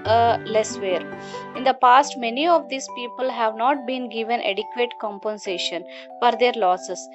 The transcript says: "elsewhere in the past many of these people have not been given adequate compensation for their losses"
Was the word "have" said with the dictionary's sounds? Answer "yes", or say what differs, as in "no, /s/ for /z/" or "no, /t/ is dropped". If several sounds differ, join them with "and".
yes